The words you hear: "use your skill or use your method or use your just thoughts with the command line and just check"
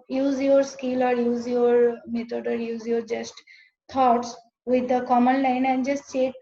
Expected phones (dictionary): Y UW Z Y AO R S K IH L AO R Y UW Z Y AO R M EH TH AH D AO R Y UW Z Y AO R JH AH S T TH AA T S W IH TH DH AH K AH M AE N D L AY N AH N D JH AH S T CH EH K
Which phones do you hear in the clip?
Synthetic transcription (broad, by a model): Y UW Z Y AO R S K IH L AO R Y UW Z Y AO R M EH T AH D AO R Y UW Z Y AO R JH AH S T T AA T S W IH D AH K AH M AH N L AY N AH N D JH AH S T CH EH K